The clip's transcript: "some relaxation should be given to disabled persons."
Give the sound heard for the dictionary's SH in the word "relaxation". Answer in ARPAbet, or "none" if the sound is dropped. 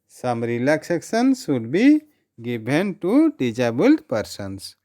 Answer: S